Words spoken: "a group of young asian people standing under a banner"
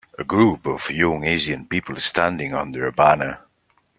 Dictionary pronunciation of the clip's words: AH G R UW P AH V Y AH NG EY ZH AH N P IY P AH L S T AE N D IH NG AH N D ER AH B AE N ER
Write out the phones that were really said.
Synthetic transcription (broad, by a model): AH G R UW P AH V Y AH NG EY Z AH N P IY P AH L S T AE N D IH NG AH N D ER AH B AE N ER